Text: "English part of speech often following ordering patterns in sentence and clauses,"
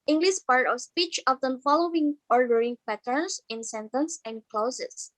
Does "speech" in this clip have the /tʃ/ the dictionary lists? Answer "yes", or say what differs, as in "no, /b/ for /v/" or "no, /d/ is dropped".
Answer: yes